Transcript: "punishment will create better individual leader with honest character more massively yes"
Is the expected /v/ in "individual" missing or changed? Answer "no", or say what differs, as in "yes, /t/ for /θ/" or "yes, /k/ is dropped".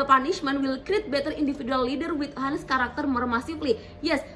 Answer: yes, /f/ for /v/